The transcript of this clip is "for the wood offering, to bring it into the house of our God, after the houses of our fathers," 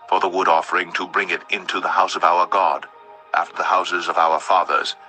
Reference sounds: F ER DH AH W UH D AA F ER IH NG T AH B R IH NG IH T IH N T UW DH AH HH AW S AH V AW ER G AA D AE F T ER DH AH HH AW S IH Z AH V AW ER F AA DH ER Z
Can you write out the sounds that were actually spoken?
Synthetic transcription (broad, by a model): F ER DH AH W UH D AA F ER IH NG T AH B R IH NG IH T IH N T UW DH AH HH AW S AH V AW ER G AA D AE F T ER DH AH HH AW S IH Z AH V AW ER F AA DH ER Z